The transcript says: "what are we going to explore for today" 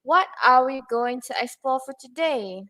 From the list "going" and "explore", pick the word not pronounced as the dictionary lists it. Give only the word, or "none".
explore